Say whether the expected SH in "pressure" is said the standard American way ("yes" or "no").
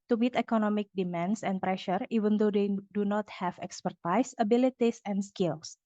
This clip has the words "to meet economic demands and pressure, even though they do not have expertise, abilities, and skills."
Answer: yes